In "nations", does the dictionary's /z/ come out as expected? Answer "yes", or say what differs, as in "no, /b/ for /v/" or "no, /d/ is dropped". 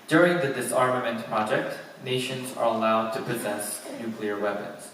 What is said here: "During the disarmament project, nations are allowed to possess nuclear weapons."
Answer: yes